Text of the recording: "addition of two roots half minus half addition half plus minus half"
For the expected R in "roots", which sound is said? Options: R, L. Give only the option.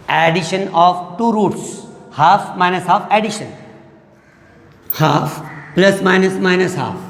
R